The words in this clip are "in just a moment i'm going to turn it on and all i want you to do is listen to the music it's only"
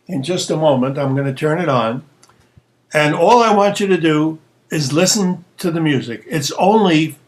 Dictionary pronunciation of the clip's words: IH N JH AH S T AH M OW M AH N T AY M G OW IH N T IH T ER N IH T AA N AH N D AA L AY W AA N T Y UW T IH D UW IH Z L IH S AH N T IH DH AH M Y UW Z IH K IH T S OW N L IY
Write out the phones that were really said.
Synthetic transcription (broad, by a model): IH N JH AH S T AH M OW M AH N T AY M G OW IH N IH T ER N IH T N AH N AA L AY W AA N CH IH T IH D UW IH Z L IH S AH N T IH DH AH M Y UW Z IH K IH T S OW N L IY